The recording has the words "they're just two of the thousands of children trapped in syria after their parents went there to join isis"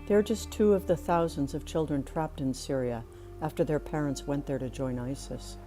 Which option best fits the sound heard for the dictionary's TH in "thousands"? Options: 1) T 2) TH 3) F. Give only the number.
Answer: 2